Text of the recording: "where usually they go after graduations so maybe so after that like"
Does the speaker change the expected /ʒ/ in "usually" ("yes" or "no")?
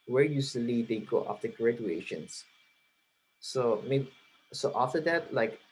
yes